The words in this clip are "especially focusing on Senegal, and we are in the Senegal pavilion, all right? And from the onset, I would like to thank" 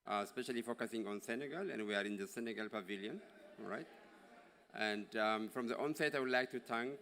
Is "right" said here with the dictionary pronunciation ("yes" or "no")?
yes